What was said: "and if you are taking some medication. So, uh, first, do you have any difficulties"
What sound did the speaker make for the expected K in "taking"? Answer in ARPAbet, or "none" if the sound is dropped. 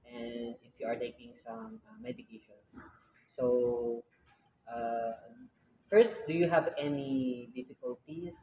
K